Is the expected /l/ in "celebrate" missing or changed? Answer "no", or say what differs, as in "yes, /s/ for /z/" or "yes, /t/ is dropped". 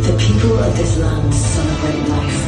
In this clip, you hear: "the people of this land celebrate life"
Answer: yes, /n/ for /l/